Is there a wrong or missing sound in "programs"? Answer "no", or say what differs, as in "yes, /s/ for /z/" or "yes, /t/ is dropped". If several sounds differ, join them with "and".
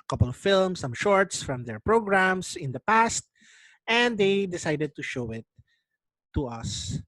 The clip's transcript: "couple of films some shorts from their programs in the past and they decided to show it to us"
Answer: yes, /s/ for /z/